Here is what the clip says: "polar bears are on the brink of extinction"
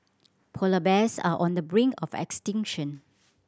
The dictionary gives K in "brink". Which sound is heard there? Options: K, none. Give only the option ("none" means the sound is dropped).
none